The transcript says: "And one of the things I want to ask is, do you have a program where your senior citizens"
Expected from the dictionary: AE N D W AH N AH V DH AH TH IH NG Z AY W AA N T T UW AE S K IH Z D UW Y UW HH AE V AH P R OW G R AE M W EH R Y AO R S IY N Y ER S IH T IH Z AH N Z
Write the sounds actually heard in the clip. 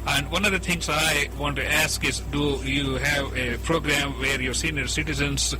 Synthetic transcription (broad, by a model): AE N D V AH N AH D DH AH T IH NG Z AY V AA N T T UW AE S K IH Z D UW Y UW HH AE V AH P R OW G R AE M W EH R Y AO R S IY N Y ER S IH T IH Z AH N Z